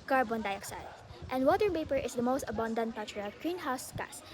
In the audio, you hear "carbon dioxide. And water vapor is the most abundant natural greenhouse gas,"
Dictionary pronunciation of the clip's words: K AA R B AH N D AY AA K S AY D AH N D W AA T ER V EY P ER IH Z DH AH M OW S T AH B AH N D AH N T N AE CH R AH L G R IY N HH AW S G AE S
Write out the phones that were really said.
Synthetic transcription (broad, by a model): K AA R B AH N D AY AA K S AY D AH N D W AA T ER P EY P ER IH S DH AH M OW S T AH B AH N D AH N T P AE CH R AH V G R IY N HH AW S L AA S